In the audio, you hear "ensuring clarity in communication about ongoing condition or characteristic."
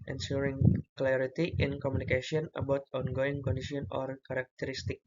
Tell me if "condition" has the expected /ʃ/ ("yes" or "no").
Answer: no